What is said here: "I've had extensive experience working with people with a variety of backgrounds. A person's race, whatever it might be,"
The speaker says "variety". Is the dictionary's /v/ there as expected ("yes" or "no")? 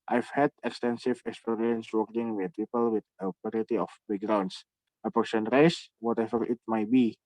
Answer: no